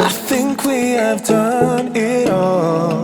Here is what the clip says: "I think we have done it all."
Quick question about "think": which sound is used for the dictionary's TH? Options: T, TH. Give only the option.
TH